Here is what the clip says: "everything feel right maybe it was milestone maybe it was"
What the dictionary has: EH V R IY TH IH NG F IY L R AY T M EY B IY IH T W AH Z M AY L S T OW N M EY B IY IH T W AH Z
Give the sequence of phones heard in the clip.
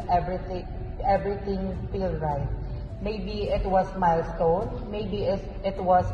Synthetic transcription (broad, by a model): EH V R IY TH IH NG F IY L R AY T M EY B IY IH T W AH S M AY L S T OW N M EY B IY IH T W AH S